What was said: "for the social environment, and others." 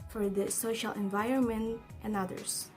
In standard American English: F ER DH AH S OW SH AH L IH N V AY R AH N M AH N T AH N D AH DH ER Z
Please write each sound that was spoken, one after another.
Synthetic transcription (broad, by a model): F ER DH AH S OW SH AH L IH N V AY R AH N M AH N T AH N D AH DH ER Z